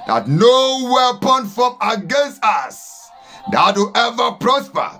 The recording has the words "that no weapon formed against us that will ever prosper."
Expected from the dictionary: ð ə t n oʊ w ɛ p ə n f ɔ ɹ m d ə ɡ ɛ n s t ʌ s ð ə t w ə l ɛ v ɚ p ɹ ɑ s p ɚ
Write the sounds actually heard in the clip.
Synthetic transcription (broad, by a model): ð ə t n oʊ w ɛ p ə n f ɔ m ə ɡ ɛ n s t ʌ s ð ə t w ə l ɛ v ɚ p ɹ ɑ s p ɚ